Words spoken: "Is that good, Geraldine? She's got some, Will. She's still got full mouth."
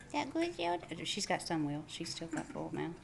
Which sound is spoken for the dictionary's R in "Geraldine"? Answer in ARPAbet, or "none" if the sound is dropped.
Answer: none